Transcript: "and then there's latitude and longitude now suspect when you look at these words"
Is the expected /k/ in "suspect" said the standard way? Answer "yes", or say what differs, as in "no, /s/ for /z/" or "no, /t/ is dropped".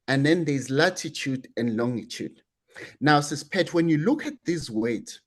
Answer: no, /k/ is dropped